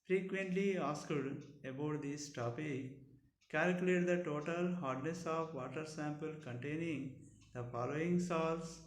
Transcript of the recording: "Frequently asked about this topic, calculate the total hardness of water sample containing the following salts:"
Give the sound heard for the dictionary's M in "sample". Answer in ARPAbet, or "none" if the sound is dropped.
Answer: M